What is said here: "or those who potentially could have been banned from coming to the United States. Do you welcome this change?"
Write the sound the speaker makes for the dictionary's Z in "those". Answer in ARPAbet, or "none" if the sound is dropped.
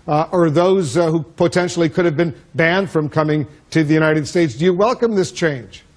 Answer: Z